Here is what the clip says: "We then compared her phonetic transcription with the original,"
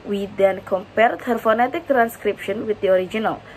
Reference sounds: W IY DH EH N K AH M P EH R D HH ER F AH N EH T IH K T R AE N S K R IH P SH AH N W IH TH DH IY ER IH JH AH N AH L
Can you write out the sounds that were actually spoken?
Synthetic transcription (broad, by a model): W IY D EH N K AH M P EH R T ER F AH N EH T IH K T R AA N S K R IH P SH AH N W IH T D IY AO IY JH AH N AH L